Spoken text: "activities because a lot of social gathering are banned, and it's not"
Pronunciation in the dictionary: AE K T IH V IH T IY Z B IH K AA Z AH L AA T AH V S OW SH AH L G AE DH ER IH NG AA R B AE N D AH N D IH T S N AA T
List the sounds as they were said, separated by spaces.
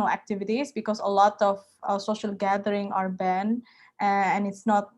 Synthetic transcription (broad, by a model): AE K T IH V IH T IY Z B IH K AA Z AH L AA T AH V S OW SH AH L G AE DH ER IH NG AA R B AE N AH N IH T S N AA T